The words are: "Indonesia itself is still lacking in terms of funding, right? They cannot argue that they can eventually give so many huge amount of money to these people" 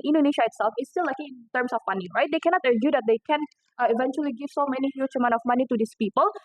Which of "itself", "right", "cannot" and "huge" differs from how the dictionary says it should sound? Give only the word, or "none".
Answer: huge